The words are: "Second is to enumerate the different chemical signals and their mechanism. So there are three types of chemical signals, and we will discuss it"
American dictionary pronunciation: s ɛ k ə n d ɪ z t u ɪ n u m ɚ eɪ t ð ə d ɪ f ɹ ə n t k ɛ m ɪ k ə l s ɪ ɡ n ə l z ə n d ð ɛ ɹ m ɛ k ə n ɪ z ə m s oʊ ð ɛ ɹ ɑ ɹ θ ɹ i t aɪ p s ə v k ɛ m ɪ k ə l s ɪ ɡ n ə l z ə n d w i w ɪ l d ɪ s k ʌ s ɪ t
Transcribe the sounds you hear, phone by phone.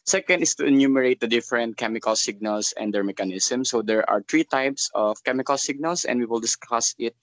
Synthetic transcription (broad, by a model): s ɛ k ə n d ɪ s t u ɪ n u m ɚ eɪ t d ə d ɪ f ɹ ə n t k ɛ m ɪ k ə l s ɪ ɡ n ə l s ə n d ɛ ɹ m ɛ k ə n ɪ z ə m s oʊ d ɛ ɹ ɑ ɹ t ɹ i t aɪ p s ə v k ɛ m ɪ k ə l s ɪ ɡ n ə l s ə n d w i w ɪ l d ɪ s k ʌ s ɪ t